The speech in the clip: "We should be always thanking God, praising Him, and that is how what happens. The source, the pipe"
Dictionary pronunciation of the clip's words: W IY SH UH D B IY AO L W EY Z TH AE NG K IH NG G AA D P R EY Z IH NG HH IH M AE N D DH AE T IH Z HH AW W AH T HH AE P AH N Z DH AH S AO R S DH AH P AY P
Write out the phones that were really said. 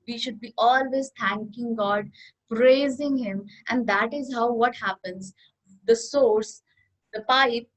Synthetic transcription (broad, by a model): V IY SH UH D B IY AO L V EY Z T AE NG K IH NG G AA D P R EY Z IH NG HH IH M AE N D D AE T IH Z HH AW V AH T HH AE P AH N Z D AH S AO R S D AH P AY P